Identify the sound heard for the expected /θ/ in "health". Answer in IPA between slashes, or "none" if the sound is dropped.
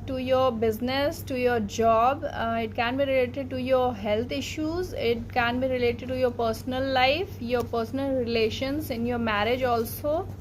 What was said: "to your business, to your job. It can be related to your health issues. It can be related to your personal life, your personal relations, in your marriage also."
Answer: /t/